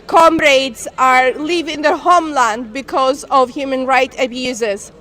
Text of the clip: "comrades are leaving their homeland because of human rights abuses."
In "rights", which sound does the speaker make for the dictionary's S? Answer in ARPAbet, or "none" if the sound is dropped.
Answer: none